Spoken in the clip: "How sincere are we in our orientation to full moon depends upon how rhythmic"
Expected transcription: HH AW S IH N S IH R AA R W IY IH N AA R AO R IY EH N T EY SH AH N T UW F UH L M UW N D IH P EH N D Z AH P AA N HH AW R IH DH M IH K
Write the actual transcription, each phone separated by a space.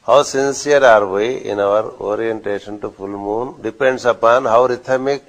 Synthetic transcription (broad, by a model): HH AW S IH N S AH R AA R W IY IH N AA R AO R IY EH N T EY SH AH N T UW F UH L M UW N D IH P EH N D S AH P AA N HH AW R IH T M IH K